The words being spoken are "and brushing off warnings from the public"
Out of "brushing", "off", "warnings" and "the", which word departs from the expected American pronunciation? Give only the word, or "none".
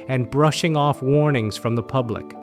none